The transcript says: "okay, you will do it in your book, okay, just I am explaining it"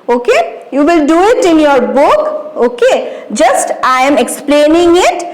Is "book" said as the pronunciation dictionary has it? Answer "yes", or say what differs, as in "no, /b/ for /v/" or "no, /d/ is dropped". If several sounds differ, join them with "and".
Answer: yes